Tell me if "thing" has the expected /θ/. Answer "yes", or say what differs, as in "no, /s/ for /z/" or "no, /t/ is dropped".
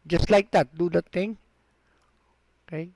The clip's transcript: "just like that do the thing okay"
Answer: no, /t/ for /θ/